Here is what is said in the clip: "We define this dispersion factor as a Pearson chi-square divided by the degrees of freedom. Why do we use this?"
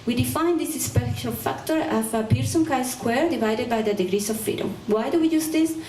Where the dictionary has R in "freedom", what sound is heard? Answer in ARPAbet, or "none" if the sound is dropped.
none